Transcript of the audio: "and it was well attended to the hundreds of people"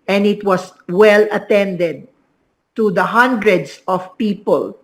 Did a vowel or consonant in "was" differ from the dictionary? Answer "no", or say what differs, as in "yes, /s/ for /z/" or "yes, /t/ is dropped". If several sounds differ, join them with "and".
yes, /s/ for /z/